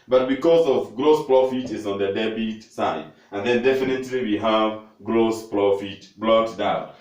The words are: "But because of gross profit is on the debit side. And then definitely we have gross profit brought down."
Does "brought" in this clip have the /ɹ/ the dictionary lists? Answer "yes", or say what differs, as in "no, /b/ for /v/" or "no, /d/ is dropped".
no, /l/ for /ɹ/